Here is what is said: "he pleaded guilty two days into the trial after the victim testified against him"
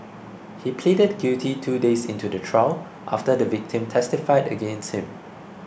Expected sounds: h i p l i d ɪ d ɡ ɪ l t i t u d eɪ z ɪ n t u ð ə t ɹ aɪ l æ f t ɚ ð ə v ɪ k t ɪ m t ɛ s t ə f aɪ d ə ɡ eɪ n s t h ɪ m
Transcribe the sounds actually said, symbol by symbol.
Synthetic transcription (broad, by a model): h i p l i d ɪ d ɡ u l t i t u d eɪ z ɪ n t u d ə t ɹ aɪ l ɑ f t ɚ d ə v ɪ k t ɪ m t ɛ s t ə f aɪ d ə ɡ eɪ n s t h ɪ m